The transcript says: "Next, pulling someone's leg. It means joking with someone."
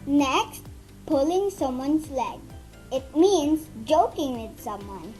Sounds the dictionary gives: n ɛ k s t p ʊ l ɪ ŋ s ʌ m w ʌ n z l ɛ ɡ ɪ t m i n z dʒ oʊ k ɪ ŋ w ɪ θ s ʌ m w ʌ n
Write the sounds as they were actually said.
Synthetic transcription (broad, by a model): n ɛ k s t p ʊ l ɪ ŋ s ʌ m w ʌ n s l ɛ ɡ ɪ t m i n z dʒ oʊ k ɪ ŋ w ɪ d s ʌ m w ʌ n